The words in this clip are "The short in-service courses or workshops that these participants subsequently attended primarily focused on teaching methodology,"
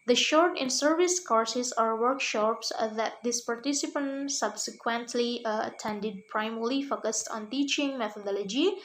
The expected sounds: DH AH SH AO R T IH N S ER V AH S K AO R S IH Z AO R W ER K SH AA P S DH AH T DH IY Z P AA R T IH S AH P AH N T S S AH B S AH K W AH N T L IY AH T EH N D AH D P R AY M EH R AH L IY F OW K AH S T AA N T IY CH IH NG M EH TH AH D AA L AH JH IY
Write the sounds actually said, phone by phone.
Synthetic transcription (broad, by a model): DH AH SH AO R T IH N S ER V AH S K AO R S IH S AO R W ER K SH AA P S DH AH T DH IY S P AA R T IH S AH P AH N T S S AH B S AH K W AH N T L IY AH T EH N D AH D P R AY M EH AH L IY F OW K AH S T AA N T IY CH IH NG M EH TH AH D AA L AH JH IY